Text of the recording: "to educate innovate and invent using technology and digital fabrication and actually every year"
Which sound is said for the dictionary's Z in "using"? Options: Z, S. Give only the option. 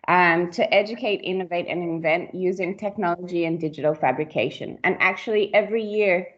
Z